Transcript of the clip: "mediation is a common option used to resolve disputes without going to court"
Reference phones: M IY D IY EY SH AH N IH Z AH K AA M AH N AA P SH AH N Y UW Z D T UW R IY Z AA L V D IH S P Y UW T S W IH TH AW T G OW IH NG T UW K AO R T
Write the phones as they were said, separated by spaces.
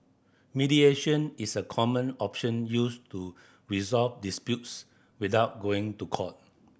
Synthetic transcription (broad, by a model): M IY D IY EY SH AH N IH S AH K AA M AH N AA P SH AH N Y UW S T UW R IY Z AA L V D IH S P Y UW T S W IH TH AW T G OW IH NG T UW K AO T